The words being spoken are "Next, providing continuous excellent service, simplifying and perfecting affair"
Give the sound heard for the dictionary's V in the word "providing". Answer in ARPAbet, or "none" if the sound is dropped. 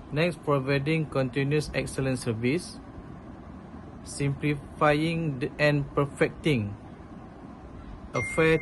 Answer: V